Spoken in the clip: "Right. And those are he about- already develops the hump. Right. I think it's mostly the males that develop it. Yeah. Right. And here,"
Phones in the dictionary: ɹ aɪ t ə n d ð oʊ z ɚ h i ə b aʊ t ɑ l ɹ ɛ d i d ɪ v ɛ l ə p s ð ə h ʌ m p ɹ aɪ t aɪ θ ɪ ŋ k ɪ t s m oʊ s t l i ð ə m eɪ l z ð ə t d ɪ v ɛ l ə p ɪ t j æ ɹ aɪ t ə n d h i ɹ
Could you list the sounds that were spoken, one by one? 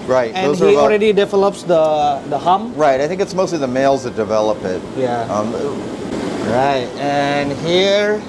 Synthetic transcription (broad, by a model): ɹ aɪ t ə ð oʊ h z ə i ɑ l ɹ ɛ d i d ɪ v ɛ l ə p s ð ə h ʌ m ɹ aɪ t aɪ θ ɪ ŋ k ɪ t s m oʊ s t l i ð ə m eɪ l z ð ə t d ɪ v ɛ l ə p ɪ t j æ ɹ aɪ t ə n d h i ɹ